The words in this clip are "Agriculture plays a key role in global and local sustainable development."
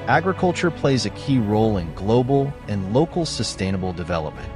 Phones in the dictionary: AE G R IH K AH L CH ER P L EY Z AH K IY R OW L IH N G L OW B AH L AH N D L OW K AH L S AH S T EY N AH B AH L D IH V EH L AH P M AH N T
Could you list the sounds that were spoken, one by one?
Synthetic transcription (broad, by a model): AE G R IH K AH L CH ER P L EY Z AH K IY R OW L IH N G L OW B L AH N L OW K L S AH S T EY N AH B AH L D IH V EH L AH P M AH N T